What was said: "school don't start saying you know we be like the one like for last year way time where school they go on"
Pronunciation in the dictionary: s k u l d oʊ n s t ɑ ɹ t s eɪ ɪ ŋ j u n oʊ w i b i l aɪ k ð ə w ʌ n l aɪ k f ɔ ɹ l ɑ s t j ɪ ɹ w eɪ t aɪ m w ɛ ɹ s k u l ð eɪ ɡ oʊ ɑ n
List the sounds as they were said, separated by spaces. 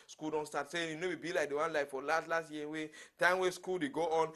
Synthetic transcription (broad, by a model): s k u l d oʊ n s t ɑ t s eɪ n j u n oʊ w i b i l aɪ k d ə w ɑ n l aɪ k f ɔ l l ɑ s t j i w eɪ t aɪ m w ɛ s k u l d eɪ ɡ oʊ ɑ n